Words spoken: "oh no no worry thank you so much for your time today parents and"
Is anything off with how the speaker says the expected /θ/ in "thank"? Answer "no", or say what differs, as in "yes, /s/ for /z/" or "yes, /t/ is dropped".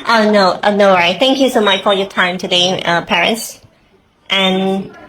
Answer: no